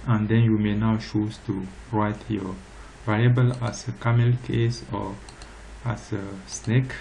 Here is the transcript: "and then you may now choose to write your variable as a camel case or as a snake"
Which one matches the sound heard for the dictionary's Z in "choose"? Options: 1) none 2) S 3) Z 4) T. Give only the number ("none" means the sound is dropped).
2